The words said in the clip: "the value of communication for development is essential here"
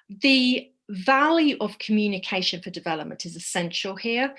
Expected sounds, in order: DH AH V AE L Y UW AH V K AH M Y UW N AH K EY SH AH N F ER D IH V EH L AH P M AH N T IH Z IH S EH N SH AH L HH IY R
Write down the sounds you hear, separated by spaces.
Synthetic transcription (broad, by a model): DH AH V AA L Y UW AH V K AH M Y UW N AH K EY SH AH N F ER D IH V EH L AH P M AH N T IH Z IH S EH N SH AH L HH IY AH